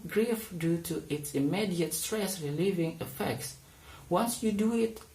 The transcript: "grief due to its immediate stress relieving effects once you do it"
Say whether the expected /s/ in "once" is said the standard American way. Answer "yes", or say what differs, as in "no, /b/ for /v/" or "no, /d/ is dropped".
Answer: yes